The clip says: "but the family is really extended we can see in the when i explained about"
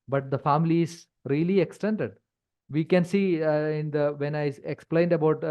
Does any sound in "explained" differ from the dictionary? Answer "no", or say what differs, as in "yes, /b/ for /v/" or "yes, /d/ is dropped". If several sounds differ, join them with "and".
no